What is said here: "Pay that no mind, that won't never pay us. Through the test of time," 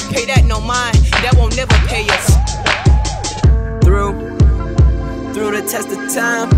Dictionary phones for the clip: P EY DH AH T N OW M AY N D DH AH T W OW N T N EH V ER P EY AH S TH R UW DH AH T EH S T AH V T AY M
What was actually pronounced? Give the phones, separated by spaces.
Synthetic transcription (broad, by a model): P EY DH AH T N OW M AY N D DH AH T W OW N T N EH V ER P EY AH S TH R UW DH AH T EH S T AH V T AY M